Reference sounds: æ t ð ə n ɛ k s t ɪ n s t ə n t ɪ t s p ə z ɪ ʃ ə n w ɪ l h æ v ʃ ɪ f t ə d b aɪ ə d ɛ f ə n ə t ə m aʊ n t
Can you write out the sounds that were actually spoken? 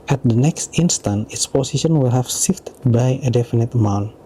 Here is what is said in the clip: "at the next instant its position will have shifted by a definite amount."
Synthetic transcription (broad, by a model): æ t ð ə n ɛ k s t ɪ n s t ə n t ɪ t s p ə s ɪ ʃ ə n w ɪ l h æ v s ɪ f t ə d b aɪ ə d ɛ f ə n ə t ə m aʊ n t